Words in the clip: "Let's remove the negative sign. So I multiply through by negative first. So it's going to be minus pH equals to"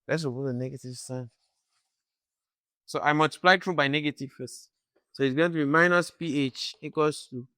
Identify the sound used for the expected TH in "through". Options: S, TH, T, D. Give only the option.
T